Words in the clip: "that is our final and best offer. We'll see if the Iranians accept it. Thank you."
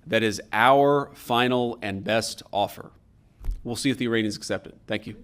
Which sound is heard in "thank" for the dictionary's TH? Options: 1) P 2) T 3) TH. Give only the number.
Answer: 3